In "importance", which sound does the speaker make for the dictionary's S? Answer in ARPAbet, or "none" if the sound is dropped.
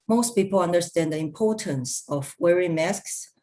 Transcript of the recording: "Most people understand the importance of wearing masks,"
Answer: S